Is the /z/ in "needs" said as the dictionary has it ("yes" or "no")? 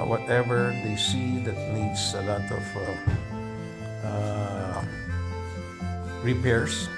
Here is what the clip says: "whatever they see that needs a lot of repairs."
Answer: no